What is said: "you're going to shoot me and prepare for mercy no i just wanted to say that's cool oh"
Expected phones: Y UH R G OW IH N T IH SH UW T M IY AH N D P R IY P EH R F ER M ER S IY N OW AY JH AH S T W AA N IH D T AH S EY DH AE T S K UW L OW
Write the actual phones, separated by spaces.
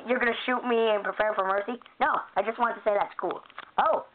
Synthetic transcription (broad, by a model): Y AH R G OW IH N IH SH UW T M IY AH N P R IY P EH R F ER M ER S IY N OW AY JH AH S T W AA N T AH S EY DH AE T S K UW L OW